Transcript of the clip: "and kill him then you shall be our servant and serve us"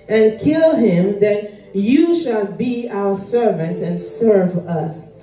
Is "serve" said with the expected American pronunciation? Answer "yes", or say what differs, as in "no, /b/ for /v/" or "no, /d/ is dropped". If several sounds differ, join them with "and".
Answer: yes